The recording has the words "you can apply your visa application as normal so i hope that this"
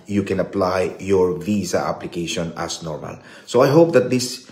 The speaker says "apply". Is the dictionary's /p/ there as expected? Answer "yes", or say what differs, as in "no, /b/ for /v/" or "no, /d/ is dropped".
yes